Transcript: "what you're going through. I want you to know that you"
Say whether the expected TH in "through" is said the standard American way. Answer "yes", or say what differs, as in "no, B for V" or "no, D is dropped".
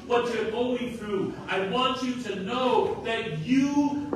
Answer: yes